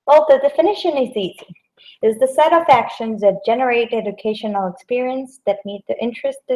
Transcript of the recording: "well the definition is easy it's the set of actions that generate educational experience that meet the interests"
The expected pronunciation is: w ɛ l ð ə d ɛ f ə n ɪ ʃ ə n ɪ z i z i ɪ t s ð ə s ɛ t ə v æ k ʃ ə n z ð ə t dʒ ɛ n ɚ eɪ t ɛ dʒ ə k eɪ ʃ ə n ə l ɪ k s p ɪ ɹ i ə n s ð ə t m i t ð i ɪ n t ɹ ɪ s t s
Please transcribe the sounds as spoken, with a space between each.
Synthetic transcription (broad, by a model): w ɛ l ð ə d ɛ f ə n ɪ ʃ ə n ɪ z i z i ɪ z ð ə s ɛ t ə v æ k ʃ ə n z ð ə t dʒ ɛ n ɚ eɪ t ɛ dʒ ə k eɪ ʃ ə n l ɪ k s p ɪ ɹ i ə n s ð ə t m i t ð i ɪ n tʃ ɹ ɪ s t